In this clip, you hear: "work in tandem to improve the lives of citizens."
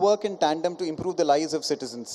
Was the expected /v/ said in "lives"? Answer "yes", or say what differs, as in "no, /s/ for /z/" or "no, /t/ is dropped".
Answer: no, /v/ is dropped